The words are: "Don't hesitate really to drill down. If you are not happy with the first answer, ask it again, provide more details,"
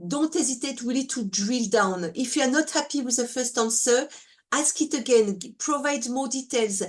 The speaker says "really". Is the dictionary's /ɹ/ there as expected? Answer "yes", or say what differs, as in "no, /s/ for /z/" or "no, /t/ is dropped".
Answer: no, /w/ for /ɹ/